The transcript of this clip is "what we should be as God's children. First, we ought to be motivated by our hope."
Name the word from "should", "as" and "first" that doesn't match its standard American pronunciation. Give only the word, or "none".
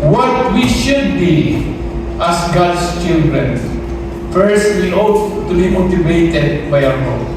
as